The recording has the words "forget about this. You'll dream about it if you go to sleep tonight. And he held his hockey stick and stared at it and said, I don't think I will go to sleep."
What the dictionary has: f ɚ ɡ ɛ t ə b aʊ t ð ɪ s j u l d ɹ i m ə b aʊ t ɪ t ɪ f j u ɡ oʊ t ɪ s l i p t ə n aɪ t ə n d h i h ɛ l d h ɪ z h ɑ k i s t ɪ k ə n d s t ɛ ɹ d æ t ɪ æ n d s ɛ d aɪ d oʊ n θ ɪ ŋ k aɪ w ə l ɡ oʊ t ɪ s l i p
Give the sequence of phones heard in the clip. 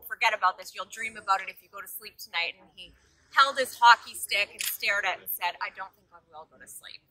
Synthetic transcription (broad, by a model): f ɚ ɡ ɛ t ə b aʊ t ð ɪ s j u l d ɹ i m ə b aʊ t ɪ t ɪ f j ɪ ɡ oʊ t ɪ s l i p t ə n aɪ t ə n i h ɛ l d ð ɪ s h ɑ k i s t ɪ k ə n s t ɛ ɹ d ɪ t n s ɛ d aɪ d oʊ n θ ɪ ŋ k aɪ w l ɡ oʊ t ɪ s l i p